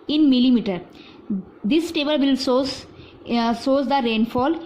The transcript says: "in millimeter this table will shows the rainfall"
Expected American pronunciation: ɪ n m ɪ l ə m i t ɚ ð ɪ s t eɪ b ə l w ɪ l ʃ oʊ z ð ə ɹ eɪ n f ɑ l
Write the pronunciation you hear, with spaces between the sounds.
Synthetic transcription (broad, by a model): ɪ n m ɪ l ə m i t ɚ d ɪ s t eɪ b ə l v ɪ l s oʊ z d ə ɹ eɪ n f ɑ l